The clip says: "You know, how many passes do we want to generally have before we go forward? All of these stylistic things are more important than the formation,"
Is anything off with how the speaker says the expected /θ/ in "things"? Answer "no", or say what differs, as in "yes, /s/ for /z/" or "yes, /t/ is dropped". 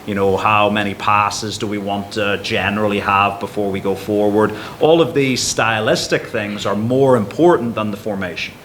no